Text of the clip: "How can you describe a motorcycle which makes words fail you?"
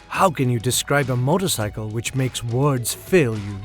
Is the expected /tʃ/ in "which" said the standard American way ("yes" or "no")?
yes